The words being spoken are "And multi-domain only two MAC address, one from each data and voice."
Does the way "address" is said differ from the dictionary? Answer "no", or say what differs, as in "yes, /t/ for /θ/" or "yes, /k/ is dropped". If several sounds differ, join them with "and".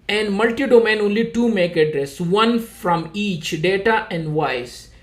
no